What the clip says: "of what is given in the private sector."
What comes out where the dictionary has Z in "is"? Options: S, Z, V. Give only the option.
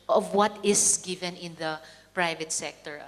S